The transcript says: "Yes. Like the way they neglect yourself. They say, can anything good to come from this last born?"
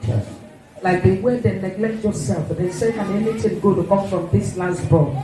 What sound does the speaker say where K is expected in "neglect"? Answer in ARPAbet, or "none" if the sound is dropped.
K